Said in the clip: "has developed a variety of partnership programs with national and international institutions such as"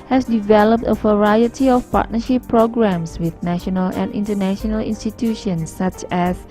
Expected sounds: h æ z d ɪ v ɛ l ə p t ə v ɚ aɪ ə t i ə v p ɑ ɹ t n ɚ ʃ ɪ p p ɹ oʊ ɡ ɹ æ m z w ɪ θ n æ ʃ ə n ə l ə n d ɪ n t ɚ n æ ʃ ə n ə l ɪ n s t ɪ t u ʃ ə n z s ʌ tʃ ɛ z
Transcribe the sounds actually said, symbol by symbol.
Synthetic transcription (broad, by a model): h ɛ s d ɪ v ɛ l ə p t ə v ɚ aɪ ə t i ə f p ɑ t n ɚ ʃ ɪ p p ɹ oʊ ɡ ɹ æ m s w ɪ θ n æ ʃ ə n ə l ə n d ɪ n t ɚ n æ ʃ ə n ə l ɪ n s t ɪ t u ʃ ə n s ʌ tʃ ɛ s